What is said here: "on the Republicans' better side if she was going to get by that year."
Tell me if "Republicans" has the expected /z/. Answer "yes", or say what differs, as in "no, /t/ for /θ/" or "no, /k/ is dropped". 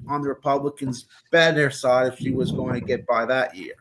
yes